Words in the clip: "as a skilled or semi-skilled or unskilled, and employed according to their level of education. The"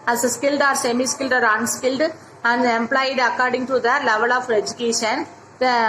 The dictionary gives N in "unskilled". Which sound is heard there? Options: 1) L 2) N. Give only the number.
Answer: 2